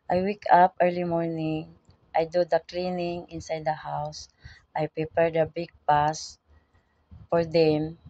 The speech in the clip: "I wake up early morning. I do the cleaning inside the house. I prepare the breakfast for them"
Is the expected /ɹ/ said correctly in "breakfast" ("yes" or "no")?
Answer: no